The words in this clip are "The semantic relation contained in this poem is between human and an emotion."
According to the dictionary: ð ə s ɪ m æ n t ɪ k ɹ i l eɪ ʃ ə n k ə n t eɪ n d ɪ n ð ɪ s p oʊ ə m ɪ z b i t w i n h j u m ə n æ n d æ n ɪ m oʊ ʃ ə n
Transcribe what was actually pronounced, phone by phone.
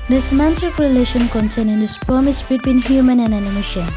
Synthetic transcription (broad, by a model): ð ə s m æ n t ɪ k ɹ i l eɪ ʃ ə n k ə n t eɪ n ɪ n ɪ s p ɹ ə m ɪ s b i t w i n h j u m ə n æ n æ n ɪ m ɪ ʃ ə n